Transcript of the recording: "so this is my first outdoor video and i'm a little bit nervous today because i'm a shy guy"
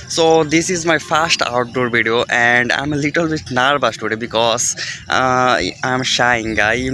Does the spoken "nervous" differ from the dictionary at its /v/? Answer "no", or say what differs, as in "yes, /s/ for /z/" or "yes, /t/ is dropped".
yes, /b/ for /v/